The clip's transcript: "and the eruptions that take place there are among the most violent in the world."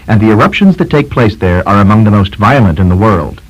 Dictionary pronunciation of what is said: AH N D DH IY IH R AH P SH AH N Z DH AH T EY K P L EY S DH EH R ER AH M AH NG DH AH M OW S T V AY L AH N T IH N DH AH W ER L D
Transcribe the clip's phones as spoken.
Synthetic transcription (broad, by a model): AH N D DH IY IH R AH P SH AH N Z DH AH T EY K P L EY S DH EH R ER AH M AH NG DH AH M OW S T V AY L AH N T IH N DH AH W ER L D